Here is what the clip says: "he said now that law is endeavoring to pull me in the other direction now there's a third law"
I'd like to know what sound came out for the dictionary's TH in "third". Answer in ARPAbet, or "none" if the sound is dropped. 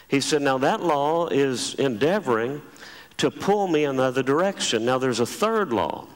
TH